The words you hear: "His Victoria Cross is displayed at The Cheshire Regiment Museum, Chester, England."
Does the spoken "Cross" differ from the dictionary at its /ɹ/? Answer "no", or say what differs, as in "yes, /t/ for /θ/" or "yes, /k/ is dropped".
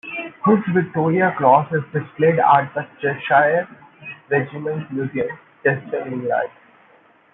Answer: yes, /l/ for /ɹ/